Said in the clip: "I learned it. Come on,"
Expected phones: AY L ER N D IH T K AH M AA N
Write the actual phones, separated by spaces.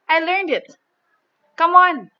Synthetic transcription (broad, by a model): AY L ER N D IH T K AH M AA N